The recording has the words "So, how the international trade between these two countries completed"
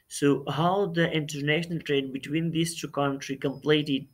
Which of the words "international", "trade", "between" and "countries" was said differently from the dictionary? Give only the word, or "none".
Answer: countries